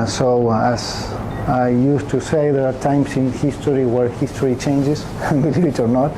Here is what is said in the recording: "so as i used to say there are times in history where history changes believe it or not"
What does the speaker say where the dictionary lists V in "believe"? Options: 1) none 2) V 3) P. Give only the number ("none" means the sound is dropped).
1